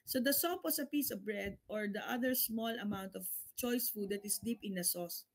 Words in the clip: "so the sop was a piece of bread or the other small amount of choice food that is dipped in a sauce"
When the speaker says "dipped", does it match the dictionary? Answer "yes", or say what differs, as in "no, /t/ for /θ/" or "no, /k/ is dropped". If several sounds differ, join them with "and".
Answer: no, /t/ is dropped